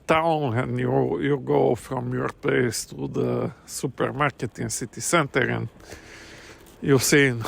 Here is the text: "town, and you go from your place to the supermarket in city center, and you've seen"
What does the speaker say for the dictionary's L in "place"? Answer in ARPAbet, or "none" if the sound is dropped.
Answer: none